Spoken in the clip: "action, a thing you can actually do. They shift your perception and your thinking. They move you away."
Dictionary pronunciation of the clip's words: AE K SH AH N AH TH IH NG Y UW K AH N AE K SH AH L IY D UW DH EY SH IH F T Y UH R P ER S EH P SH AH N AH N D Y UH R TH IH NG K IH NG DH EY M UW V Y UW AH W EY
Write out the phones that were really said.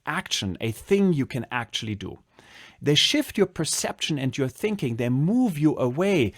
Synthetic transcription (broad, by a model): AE K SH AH N AH TH IH NG Y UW K AH N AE K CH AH L IY D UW DH EY SH IH F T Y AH R P ER S EH P SH AH N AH N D Y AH R TH IH NG K IH NG DH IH M UW V Y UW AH W EY